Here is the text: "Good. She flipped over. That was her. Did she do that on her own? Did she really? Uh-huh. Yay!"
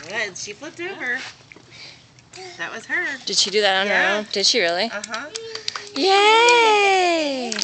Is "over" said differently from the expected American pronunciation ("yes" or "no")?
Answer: yes